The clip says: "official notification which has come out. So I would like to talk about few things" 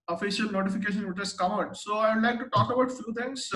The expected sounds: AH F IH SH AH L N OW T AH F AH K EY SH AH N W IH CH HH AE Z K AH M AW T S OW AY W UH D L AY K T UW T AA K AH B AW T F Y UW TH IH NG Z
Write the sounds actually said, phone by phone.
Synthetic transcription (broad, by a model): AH F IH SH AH L N OW T AH F AH K EY SH AH N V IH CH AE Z K AH M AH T S OW AY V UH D L AY K T UW T AA K AH B AW T F Y UW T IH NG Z